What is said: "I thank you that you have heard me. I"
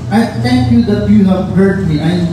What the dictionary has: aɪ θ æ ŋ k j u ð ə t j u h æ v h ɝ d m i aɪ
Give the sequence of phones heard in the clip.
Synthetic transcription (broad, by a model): aɪ t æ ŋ k j u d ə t j u h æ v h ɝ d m i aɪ